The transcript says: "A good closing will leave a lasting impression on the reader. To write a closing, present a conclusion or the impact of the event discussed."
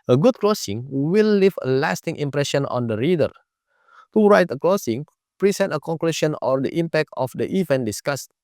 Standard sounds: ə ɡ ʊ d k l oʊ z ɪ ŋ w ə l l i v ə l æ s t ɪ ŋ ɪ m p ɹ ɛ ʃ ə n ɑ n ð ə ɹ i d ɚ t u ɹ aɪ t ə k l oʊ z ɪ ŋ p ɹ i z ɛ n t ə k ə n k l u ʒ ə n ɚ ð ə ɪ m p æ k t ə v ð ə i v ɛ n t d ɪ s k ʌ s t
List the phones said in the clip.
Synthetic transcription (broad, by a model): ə ɡ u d k l oʊ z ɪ ŋ w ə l l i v ə l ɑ s t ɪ ŋ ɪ m p ɹ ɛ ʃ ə n ɑ n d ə ɹ i d ɚ t u ɹ aɪ t ə k l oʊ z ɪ ŋ p ɹ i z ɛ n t ə k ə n k l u ʃ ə n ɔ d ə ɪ m p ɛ k t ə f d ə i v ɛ n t d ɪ s k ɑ s t